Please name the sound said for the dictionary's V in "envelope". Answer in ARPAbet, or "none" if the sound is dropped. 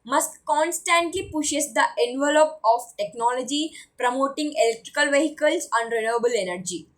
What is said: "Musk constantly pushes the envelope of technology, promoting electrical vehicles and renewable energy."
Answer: V